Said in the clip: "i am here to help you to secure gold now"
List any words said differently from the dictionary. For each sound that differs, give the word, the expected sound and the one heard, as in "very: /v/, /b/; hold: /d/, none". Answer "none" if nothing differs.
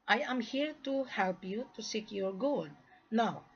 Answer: gold: /l/, none